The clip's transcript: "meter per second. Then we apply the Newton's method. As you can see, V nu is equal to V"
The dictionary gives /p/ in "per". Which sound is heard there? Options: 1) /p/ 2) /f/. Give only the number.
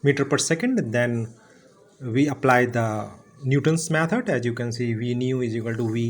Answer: 1